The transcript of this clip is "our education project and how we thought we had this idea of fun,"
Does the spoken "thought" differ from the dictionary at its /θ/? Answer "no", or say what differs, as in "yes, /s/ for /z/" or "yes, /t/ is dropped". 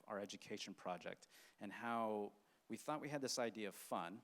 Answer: no